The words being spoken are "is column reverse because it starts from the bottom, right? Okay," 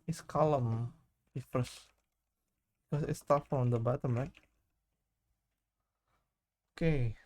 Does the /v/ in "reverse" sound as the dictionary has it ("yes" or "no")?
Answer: no